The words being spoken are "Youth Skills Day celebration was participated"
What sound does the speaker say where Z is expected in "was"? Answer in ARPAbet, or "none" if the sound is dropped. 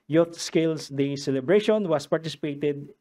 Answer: S